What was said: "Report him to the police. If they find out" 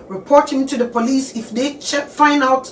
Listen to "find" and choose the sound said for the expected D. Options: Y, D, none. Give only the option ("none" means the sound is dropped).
none